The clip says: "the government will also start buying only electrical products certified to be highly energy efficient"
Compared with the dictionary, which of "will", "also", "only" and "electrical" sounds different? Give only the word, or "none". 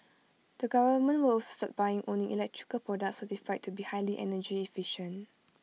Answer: only